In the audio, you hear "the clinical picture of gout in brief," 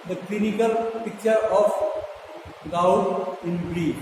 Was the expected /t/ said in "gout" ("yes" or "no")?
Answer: no